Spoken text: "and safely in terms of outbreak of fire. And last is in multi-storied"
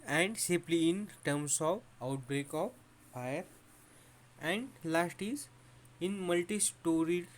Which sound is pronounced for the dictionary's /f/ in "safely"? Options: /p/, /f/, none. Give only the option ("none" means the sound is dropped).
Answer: /p/